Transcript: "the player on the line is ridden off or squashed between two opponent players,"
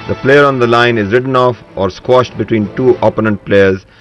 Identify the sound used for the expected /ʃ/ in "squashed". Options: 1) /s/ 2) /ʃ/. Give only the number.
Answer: 2